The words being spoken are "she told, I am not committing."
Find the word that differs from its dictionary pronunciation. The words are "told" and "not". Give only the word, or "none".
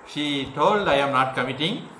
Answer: none